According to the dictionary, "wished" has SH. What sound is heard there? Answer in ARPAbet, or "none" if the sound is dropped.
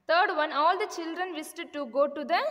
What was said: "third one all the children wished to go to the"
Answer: S